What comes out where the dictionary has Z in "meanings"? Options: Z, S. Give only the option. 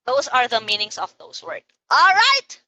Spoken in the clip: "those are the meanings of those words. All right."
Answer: S